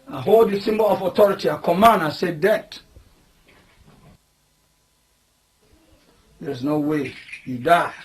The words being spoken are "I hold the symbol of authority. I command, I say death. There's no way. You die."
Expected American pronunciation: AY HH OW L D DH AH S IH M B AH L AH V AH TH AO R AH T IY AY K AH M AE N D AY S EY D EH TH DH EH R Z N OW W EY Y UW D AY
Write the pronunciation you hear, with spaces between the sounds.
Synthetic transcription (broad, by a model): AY HH OW L D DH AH S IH M B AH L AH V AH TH AO R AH T IY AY K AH M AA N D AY S EY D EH T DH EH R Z N OW W EY Y UW D AY